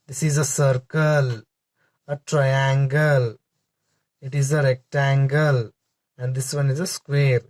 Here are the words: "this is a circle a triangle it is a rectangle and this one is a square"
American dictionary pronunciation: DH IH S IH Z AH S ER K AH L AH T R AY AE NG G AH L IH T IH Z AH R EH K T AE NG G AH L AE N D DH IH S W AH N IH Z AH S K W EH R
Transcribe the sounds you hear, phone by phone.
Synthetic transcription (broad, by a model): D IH S IH Z AH S ER K AH L AH T R AY AE NG G AH L IH T IH Z AH R EH K T AE NG G AH L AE N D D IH S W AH N IH Z AH S K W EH R